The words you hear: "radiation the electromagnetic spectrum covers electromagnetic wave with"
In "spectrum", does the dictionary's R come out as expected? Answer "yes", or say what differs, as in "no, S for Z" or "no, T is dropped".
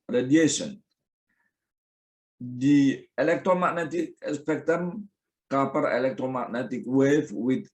no, R is dropped